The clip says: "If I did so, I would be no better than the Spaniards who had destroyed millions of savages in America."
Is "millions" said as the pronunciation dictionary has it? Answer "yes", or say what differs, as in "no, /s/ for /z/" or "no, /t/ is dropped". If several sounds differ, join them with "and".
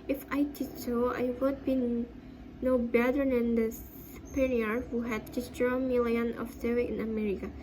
no, /z/ is dropped